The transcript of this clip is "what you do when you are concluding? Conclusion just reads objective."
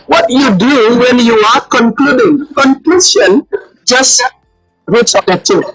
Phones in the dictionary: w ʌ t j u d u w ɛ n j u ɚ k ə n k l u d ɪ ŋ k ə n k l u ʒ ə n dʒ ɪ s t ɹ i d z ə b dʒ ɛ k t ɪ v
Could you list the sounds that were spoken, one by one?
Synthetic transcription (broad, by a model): w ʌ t j u d u w ɛ n j u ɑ k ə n k l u d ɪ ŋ k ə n k l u s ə n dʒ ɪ s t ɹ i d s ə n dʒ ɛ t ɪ